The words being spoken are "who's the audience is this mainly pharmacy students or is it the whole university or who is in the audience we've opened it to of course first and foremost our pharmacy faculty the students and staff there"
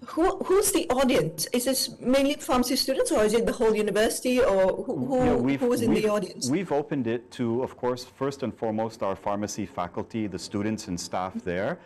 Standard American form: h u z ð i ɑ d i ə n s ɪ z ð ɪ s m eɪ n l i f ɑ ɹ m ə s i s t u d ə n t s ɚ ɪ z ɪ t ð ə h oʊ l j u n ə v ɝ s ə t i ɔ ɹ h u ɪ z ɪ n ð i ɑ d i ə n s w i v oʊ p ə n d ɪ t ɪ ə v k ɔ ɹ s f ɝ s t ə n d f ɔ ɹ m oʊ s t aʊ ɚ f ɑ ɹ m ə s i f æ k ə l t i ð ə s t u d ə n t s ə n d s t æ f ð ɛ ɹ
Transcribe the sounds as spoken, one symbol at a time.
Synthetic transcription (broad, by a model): h u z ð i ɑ d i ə n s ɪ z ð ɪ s m eɪ n l i f ɑ ɹ m ə s i s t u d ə n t s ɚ ɪ z ɪ t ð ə h oʊ l j u n ə v ɝ s ə t i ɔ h h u ɪ z ɪ n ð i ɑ d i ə n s w i v oʊ p ə n d ɪ t ɪ ə v k ɔ ɹ s f ɝ s t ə n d f ɔ ɹ m oʊ s t aʊ ɚ f ɑ ɹ m ə s i f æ k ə l t i ð ə s t u d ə n t s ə n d s t æ f ð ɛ ɹ